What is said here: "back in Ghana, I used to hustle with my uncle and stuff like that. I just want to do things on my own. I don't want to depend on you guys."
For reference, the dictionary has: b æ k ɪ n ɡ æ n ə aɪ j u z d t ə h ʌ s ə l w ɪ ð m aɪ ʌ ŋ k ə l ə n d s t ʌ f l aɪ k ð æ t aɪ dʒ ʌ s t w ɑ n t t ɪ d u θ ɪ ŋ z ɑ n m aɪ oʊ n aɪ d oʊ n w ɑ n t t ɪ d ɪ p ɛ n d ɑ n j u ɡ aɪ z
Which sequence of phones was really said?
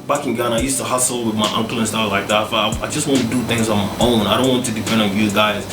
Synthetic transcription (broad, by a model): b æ k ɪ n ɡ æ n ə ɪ j u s t ə h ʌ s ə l w ɪ ð m aɪ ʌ ŋ k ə l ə n s t ʌ f l aɪ k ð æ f aɪ dʒ ʌ s t w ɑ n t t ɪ d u θ ɪ ŋ z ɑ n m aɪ oʊ n aɪ d oʊ n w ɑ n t t ɪ d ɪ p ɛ n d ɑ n j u ɡ aɪ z